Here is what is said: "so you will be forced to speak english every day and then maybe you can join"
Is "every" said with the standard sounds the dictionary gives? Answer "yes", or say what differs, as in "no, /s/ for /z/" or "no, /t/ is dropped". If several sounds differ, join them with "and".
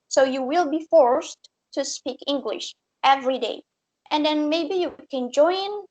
yes